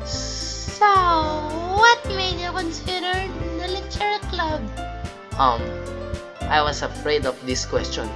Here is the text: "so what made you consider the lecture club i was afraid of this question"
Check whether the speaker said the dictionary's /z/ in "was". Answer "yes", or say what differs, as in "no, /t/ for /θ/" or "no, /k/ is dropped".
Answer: no, /s/ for /z/